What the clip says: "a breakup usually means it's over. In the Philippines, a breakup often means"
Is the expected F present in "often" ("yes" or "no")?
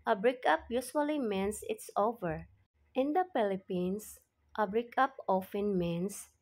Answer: yes